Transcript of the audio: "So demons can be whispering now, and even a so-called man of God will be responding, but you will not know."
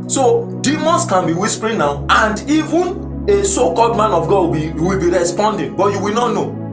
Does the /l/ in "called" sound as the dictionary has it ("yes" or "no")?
yes